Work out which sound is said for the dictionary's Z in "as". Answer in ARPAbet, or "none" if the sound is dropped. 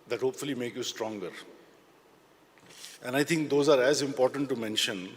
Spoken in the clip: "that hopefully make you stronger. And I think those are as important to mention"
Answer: Z